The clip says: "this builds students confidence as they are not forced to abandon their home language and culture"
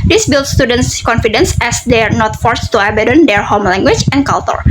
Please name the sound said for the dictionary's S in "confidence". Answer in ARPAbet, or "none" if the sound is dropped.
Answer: S